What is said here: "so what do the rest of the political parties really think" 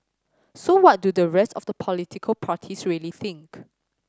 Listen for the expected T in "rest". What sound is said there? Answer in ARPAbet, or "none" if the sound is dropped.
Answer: T